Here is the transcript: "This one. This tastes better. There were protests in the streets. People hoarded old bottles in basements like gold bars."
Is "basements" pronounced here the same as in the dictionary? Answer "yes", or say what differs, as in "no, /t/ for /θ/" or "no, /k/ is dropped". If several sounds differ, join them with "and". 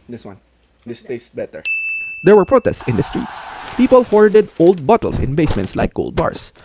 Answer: yes